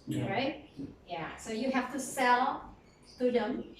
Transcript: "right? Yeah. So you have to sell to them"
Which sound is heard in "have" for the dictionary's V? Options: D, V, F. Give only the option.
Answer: F